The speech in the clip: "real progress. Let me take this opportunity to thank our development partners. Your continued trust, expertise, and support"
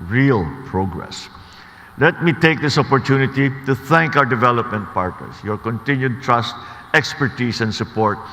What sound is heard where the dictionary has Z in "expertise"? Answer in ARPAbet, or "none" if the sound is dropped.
S